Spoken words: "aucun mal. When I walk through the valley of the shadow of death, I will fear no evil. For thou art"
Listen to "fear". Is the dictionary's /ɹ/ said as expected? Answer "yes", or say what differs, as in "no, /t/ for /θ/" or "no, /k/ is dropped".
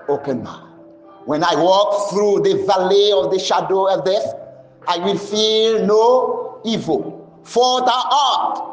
no, /l/ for /ɹ/